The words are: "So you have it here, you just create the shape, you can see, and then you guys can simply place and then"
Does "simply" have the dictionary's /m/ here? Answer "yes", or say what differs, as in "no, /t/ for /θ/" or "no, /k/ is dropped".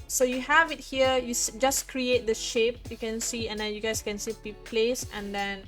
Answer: no, /m/ is dropped